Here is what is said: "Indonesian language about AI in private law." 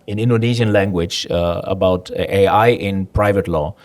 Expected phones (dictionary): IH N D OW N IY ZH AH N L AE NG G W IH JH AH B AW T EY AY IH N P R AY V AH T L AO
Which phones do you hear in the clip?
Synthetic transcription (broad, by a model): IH N D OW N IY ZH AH N L AE NG G W IH JH AH B AW T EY AY IH N P R AY V AH T L AO